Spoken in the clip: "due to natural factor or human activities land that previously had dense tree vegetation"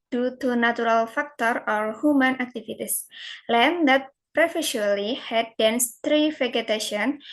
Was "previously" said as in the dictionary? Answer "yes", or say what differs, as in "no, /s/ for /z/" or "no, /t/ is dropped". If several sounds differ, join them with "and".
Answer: no, /f/ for /v/